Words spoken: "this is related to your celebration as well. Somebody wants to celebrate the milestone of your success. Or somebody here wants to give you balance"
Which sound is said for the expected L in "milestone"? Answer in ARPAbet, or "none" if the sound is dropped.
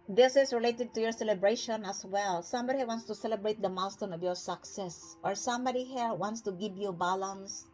none